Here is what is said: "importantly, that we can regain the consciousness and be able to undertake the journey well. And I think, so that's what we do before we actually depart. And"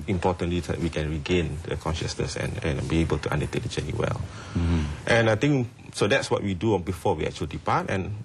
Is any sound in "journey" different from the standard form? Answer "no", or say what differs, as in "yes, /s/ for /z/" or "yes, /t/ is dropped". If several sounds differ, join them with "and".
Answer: yes, /tʃ/ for /dʒ/